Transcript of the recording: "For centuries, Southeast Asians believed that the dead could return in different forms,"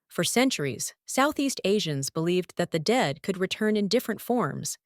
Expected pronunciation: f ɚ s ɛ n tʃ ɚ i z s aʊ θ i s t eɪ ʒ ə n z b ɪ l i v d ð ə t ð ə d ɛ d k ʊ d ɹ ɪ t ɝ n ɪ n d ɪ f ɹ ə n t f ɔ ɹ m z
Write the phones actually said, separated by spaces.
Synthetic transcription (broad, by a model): f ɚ s ɛ n tʃ ɚ i z s aʊ θ i s t eɪ ʒ ə n z b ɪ l i v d ð ə t ð ə d ɛ d k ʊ d ɹ ɪ t ɝ n ɪ n d ɪ f ɹ ə n t f ɔ ɹ m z